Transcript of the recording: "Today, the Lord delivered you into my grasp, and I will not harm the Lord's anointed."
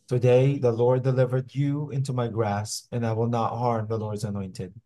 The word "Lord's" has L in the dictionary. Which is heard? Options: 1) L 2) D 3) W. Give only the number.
1